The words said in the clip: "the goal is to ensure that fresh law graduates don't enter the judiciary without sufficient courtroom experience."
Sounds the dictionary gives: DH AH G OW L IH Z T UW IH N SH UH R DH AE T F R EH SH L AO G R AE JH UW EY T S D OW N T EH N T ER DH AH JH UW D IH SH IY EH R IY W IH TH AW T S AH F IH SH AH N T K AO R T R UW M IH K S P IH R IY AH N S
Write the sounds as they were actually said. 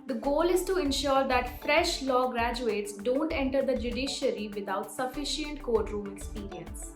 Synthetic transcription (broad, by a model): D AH G OW L IH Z T UW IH N SH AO R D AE T F R EH SH L AO G R AE JH UW EY T S D OW N T EH N T ER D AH JH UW D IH SH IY R IY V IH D AW T S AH F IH SH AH N T K AO R T R UW M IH K S P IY R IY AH N S